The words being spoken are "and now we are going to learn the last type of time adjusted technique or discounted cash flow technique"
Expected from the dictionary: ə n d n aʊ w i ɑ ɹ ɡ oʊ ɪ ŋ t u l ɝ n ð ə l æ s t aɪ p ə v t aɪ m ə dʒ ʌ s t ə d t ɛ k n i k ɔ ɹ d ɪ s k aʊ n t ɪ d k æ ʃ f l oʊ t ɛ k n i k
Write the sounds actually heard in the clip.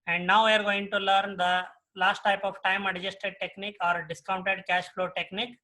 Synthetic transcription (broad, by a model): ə n d n aʊ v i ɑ ɹ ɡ oʊ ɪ ŋ t u l ɝ n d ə l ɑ s t aɪ p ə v t aɪ m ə dʒ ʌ s t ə d t ɛ k n i k ɔ ɹ d ɪ s k aʊ n t ɪ d k æ ʃ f l oʊ t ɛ k n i k